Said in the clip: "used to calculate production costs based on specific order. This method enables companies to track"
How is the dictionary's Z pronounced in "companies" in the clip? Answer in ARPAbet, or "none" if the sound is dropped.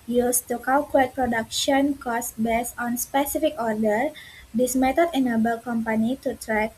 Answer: none